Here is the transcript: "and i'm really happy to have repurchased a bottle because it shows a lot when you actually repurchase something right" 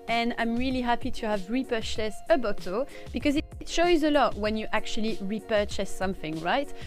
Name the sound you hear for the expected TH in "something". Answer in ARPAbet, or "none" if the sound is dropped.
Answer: TH